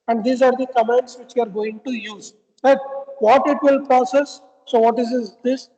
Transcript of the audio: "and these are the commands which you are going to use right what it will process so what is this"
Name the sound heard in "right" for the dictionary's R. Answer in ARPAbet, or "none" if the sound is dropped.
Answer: L